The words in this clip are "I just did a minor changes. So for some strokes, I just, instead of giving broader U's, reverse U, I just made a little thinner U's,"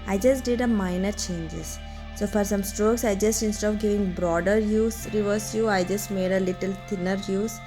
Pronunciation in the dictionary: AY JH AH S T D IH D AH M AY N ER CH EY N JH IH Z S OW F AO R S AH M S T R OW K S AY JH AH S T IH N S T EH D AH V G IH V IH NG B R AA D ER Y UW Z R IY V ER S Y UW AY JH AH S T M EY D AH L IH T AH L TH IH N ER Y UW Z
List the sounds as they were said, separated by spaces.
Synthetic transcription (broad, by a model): AY JH AH S T D IH D AH M AY N ER CH EY N JH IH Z S OW F AO R S AH M S T R OW K S AY JH AH S T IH N S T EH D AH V G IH V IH NG B R AA D ER Y UW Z R IY V ER S Y UW AY JH AH S T M EY D AH L IH T AH L T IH N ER Y UW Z